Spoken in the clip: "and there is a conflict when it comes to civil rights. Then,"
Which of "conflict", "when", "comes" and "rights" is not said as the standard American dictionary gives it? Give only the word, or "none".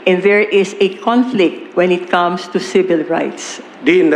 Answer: comes